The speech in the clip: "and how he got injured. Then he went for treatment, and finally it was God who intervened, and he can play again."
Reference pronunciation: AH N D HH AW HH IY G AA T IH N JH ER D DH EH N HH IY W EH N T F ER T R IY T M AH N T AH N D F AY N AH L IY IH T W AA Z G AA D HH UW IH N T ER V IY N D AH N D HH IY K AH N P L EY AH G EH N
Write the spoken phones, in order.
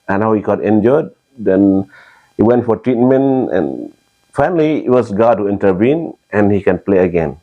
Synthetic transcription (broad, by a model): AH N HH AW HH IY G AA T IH N JH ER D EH N HH IY W EH N T F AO T R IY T M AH N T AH N F AY N AH L IY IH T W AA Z G AA D HH UW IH N T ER V IY N AH N HH IY K AH N P L EY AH G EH N